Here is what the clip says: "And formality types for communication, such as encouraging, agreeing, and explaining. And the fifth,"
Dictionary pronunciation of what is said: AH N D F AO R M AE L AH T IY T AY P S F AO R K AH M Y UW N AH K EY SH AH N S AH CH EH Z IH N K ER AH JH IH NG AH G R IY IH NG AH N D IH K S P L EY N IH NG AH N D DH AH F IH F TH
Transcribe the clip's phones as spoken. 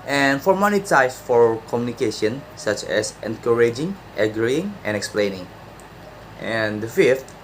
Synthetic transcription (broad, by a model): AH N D F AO R M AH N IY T AY S F AO R K AH M Y UW N AH K EY SH AH N S AH CH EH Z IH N K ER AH JH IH NG AH G R IY IH NG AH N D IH K S P L EY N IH NG AH N D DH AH F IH F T